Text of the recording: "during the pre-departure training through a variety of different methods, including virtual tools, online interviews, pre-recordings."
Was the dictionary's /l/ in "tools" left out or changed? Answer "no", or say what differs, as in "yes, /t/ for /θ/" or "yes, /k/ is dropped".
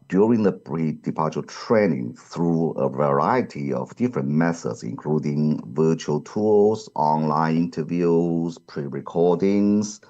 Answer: yes, /l/ is dropped